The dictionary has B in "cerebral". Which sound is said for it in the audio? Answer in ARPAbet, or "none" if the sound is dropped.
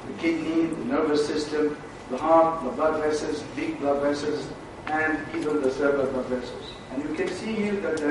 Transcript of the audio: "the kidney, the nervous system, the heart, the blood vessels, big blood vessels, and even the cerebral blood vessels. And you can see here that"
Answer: none